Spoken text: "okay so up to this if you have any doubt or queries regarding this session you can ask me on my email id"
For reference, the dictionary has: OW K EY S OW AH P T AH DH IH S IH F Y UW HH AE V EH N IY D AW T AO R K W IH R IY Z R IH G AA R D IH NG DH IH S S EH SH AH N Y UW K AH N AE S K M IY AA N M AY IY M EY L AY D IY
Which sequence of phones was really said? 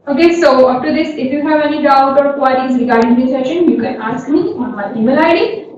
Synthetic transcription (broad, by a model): OW K EY S OW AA F T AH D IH S IH F Y UW HH AE V EH N IY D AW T AO R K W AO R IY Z R IH G AA R D IH NG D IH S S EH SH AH N Y UW K AH N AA S K M IY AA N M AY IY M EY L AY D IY